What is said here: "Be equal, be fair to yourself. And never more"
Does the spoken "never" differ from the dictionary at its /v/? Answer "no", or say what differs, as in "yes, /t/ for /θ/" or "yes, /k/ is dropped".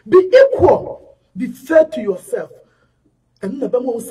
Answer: yes, /b/ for /v/